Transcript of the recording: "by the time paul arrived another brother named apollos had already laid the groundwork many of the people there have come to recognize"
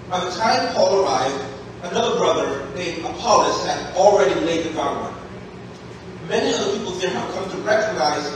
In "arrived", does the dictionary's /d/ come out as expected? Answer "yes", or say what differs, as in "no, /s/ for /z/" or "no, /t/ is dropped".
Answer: yes